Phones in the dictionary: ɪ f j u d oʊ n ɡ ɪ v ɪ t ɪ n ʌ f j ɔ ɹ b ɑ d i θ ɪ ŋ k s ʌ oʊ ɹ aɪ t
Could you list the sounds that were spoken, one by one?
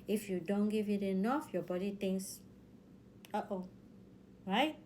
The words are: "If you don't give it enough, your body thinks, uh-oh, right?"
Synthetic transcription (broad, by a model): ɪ f j u d oʊ n ɡ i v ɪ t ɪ n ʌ f j ɔ b ɑ d i t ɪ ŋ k s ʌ oʊ ɹ aɪ t